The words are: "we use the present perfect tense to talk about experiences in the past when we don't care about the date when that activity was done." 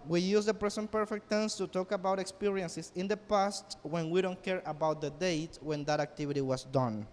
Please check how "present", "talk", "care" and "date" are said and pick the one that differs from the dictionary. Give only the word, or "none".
present